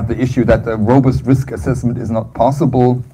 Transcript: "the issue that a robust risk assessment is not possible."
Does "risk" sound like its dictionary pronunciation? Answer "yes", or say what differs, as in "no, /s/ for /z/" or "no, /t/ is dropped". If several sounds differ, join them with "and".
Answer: yes